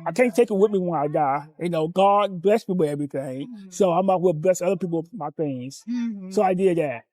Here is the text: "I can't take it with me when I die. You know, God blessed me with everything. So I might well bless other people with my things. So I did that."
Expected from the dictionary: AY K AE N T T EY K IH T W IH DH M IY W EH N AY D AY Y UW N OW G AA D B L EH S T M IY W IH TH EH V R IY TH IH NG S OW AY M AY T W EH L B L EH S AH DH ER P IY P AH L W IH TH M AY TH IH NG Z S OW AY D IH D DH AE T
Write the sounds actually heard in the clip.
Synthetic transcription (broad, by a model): AY K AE N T T EY K IH T W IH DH M IY W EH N AY D AY Y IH N OW G AA D B L EH S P IY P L EH V R IY TH IH NG S OW AY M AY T W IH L B L EH S AH DH ER P IY P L M AY TH IH NG Z S OW AY D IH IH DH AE T